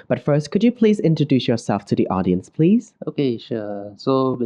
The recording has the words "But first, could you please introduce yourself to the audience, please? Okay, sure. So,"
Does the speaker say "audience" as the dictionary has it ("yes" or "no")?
yes